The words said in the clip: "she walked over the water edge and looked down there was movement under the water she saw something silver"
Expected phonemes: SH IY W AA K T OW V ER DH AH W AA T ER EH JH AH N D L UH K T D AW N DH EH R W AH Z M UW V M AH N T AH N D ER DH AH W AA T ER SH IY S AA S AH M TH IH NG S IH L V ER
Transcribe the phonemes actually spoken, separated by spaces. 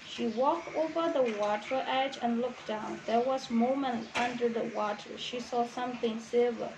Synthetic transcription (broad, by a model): SH IY W AA K T OW V ER DH AH W AA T ER EH JH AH N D L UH K D AW N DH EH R W AH Z M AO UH M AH N T AH N D ER DH AH W AA T ER SH IY S AA S AH M TH IH NG S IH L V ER